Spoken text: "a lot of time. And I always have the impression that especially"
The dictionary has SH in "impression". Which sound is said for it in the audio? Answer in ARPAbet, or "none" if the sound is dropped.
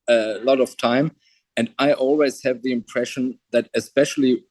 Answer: SH